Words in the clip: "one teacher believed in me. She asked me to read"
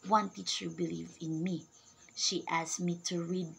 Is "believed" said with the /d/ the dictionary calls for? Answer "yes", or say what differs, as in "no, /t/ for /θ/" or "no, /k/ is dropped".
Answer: no, /d/ is dropped